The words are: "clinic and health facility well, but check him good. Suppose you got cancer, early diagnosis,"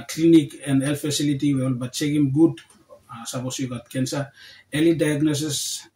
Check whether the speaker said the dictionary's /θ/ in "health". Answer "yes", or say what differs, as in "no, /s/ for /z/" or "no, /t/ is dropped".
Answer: no, /f/ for /θ/